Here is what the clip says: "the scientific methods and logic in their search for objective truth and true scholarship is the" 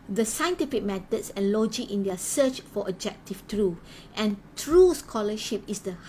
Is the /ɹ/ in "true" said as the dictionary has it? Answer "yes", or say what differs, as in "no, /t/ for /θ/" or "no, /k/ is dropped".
yes